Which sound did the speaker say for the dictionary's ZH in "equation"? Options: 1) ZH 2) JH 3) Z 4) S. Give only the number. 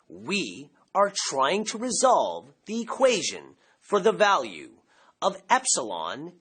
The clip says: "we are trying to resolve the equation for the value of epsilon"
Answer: 1